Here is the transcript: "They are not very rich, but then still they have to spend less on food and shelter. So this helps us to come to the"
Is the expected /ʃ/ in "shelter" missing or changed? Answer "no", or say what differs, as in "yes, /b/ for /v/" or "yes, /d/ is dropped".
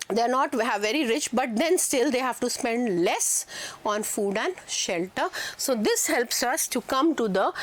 no